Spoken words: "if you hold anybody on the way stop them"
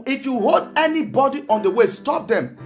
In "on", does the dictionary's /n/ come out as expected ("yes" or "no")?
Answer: yes